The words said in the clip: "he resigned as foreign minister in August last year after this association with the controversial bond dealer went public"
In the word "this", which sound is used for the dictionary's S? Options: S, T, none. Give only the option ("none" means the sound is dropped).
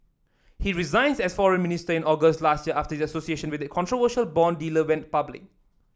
none